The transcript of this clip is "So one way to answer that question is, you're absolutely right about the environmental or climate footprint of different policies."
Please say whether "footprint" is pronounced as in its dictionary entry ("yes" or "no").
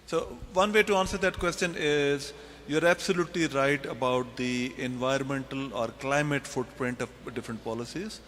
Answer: yes